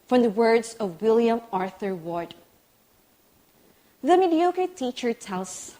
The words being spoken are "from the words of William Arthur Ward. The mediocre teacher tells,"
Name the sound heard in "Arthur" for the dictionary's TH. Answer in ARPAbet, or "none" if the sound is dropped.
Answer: TH